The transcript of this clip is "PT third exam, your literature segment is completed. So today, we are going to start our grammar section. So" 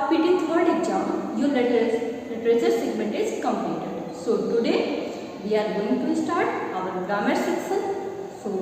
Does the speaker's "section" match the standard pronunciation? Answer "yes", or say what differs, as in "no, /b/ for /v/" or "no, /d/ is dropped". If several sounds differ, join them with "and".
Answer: no, /s/ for /ʃ/